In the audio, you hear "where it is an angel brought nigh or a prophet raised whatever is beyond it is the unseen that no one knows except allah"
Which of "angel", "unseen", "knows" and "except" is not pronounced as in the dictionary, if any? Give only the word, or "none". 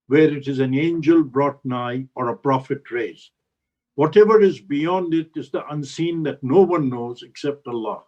none